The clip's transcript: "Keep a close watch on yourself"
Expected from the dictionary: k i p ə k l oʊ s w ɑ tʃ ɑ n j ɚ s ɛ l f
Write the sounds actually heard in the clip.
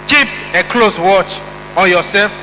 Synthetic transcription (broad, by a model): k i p ə k l oʊ s w ɑ tʃ ɑ n j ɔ s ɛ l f